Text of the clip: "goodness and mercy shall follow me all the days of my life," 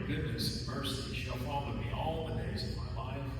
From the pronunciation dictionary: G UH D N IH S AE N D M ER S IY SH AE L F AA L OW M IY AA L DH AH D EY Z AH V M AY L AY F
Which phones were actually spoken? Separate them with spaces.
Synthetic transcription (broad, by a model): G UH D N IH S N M ER S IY SH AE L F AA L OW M IY AA L DH AH D EY Z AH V M AY L AY F